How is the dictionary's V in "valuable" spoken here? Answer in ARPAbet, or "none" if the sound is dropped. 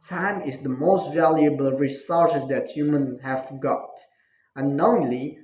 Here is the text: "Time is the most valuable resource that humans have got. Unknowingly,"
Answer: V